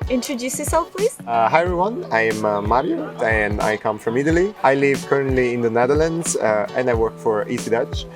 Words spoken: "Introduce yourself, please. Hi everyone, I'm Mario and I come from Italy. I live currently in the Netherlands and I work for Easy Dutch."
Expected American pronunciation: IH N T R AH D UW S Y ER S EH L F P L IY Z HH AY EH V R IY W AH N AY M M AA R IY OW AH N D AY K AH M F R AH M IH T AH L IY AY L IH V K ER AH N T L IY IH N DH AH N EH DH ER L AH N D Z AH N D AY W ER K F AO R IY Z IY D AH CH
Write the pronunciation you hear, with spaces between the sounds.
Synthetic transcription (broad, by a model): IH N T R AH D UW S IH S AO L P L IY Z HH AY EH R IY W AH N AY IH M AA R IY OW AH N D AY K AH M F R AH M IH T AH L IY AY L IH V K ER AH N T L IY IH N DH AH N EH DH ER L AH N D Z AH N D AY W ER K F AO R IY S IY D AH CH